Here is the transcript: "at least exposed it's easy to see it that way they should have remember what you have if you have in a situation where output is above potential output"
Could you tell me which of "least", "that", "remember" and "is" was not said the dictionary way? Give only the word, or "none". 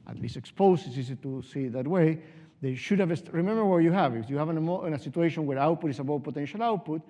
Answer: is